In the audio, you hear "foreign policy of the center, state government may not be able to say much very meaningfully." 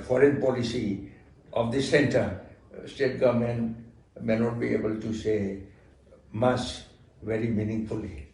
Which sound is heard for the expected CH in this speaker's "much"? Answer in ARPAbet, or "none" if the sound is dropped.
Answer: S